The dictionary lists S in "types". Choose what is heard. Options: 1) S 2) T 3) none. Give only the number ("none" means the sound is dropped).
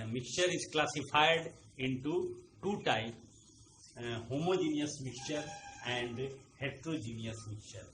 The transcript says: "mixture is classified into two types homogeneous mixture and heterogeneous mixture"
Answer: 3